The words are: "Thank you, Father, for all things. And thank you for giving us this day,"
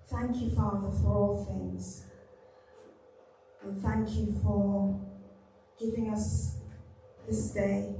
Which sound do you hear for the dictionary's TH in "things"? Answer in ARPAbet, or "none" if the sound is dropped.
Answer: TH